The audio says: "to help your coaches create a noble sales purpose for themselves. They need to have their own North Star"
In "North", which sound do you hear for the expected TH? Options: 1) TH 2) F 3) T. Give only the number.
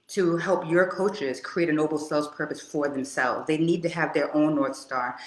1